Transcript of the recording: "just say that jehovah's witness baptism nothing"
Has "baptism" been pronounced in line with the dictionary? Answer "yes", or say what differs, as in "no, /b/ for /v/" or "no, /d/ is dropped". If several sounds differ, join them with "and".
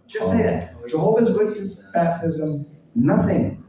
yes